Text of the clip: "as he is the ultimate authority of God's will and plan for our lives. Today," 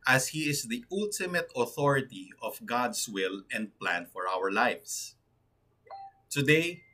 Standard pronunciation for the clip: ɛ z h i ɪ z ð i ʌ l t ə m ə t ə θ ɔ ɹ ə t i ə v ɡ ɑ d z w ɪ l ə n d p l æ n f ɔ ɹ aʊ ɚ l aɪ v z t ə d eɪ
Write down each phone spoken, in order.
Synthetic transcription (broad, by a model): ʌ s h i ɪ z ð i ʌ l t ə m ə t ə θ ɔ ɹ ə t i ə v ɡ ɑ d s w ɪ l ə n d p l æ n f ɔ ɹ aʊ ɚ l aɪ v s t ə d eɪ